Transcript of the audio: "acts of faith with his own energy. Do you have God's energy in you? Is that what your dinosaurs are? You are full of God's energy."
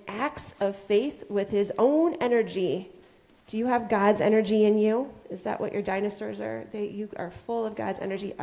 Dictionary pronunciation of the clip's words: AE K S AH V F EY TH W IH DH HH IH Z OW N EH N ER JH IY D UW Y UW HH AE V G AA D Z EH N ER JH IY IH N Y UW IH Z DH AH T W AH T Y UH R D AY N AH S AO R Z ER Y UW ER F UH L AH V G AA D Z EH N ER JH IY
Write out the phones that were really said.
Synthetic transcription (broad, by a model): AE K S AH V F EY TH W IH DH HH IH Z OW N EH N ER JH IY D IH Y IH V G AA D Z EH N ER JH IY IH N Y UW IH Z DH AH T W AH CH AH R D AY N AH S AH R Z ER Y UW ER F UH L AH V G AA D Z EH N ER JH IY